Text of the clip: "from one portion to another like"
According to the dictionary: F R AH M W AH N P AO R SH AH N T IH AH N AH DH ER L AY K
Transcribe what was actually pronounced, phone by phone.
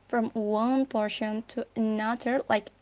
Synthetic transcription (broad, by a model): F R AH M W AH N P AO R SH AH N T IH AH N AH DH ER L AY K